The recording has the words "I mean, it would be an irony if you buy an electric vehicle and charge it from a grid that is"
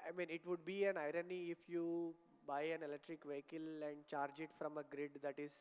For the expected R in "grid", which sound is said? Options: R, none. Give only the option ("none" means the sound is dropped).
R